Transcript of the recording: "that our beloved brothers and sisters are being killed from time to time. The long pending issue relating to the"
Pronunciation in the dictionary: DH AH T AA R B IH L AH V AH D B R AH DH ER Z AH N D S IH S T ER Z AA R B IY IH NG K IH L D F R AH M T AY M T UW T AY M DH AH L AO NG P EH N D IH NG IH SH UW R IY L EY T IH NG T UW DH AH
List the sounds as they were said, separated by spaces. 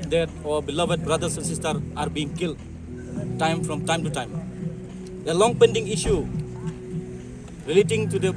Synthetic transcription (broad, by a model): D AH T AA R B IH L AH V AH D B R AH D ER S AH N S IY S T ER AA R B IY NG K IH L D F R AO M T AY M T UW T AY M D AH L AO NG P EH N D IH NG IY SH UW R IY L EY T IH NG T UW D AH